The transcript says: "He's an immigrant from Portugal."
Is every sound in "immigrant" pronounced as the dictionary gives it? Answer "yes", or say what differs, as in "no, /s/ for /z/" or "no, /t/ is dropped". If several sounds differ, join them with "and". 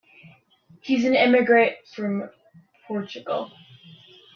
no, /n/ is dropped